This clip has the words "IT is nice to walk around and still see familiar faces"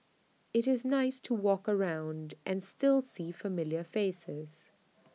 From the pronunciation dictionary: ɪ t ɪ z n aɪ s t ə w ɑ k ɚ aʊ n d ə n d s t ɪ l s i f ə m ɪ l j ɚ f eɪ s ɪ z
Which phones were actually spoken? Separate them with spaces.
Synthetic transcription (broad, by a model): ɪ t ɪ z n aɪ s t ə w ɑ k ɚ aʊ n d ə n s t ɪ l s i f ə m ɪ l j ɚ f eɪ s ɪ z